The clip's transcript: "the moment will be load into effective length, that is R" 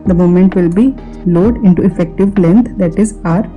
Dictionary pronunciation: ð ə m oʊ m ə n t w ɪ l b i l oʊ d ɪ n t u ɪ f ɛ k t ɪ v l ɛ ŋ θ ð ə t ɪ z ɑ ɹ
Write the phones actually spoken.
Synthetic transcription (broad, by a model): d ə m oʊ m ə n t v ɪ l b i l oʊ d ɪ n t u ɪ f ɛ k t ɪ v l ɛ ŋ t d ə t ɪ z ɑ ɹ